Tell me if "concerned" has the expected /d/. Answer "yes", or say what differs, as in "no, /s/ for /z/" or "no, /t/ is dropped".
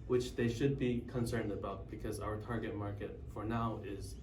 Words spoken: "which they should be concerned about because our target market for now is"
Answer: yes